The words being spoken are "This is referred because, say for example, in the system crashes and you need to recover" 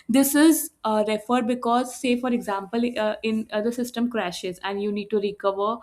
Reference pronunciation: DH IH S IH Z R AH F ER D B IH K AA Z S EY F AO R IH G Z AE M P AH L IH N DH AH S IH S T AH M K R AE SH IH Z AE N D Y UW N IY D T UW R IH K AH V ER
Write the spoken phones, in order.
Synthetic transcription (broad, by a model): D IH S IH Z R AH F ER D B IH K AA Z S EY F AO R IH G Z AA M P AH L IH N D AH S IH S T AH M K R AE SH IH Z AE N D Y UW N IY D T UW R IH K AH V ER